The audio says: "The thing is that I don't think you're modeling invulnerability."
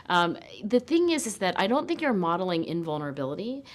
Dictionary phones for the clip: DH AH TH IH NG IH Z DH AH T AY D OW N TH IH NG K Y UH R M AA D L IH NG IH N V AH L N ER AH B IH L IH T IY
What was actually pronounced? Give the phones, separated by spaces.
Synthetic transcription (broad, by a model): DH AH TH IH NG IH Z DH AH T AY D OW N TH IH NG K Y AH R M AA D L IH NG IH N V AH L N ER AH B IH L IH T IY